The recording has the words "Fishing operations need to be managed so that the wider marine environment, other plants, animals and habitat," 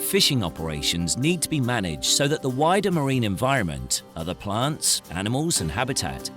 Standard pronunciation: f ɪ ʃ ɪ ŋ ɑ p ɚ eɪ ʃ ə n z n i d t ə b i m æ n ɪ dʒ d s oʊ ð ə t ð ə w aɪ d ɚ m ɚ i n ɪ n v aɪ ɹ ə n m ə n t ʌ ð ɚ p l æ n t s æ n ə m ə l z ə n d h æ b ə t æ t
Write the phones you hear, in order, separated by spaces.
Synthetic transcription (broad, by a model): f ɪ ʃ ɪ ŋ ɑ p ɚ eɪ ʃ ə n z n i d t ə b i m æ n ɪ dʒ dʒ s oʊ ð ə t ð ə w aɪ d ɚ m ɚ i n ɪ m v aɪ ɹ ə n m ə n t ʌ ð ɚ p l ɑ n t s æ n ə m ə l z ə n h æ b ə t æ t